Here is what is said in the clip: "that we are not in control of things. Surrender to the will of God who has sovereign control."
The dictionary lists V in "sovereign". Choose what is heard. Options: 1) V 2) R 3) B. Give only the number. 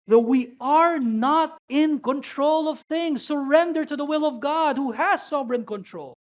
3